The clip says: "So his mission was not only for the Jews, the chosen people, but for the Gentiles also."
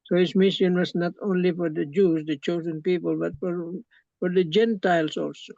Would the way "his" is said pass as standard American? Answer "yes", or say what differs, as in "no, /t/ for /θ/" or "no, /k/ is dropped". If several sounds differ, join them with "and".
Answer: no, /s/ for /z/